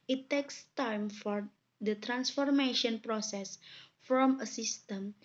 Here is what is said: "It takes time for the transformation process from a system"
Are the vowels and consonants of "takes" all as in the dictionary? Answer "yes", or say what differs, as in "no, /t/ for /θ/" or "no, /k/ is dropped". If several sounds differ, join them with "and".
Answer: yes